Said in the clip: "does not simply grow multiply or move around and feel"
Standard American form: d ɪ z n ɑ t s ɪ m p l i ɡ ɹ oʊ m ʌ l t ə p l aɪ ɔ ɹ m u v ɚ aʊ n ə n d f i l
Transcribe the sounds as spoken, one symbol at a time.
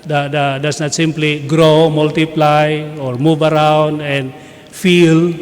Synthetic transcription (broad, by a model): d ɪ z n ɑ t s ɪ m p l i ɡ ɹ oʊ m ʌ l t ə p l aɪ ɔ ɹ m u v ɚ aʊ n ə n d f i l